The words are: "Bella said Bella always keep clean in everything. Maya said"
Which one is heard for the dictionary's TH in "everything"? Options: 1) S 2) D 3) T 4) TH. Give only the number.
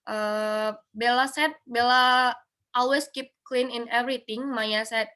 3